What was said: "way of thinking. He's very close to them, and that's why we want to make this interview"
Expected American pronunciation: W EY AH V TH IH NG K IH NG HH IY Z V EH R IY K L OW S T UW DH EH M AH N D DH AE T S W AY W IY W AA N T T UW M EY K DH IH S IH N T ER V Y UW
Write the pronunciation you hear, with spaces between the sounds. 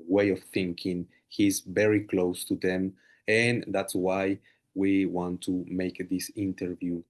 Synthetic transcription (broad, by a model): W EY AH V TH IH NG K IH NG HH IY Z V EH R IY K L OW S T UW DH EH M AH N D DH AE T S W AY W IY W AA N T T UW M EY K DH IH S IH N T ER V Y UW